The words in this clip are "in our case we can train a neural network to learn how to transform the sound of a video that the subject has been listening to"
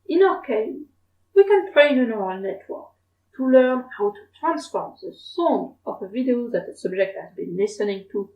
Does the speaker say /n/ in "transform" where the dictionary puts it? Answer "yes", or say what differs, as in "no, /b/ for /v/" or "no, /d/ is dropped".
yes